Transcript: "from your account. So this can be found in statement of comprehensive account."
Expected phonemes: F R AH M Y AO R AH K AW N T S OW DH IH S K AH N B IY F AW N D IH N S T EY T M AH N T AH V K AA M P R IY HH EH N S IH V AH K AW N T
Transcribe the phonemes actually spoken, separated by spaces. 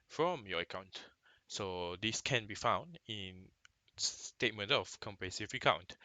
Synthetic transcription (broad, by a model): F R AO M Y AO AH K AW N T S OW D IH S K AH N B IY F AW N D IH N S T EY T M AH N T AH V K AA M P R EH S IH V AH K AW N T